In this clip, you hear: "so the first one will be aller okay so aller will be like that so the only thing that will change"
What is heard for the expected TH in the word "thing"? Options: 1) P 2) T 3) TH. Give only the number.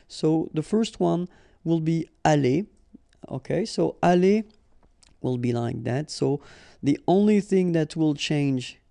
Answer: 3